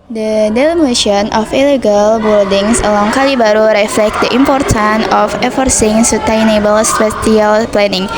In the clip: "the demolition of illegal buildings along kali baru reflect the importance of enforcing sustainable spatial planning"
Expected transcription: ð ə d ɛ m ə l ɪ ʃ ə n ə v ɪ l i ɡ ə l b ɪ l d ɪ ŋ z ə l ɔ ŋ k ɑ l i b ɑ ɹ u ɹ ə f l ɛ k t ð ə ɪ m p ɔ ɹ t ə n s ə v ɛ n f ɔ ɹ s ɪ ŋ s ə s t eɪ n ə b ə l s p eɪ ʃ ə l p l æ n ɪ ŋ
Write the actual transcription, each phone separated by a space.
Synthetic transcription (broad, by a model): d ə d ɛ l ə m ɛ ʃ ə n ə f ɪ l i ɡ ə l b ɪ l d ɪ ŋ s ə l ɔ ŋ k ɑ l i b ɑ ɹ u ɹ ə f l ɛ k t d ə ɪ m p ɔ ɹ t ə n ə f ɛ f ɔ ɹ s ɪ ŋ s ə t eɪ n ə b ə l s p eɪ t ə l p l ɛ n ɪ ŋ